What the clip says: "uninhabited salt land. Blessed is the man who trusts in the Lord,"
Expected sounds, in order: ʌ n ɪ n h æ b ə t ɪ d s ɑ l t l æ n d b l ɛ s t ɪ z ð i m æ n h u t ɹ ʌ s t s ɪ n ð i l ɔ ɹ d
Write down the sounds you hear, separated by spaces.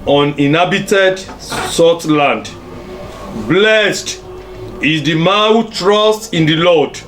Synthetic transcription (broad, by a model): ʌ n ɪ n h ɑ b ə t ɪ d s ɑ t l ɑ n d b l ɛ s t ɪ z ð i m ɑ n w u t ɹ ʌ s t ɪ n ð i l ɔ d